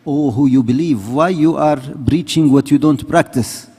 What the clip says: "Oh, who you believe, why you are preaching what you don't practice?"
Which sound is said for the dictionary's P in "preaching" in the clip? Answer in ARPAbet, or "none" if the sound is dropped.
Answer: B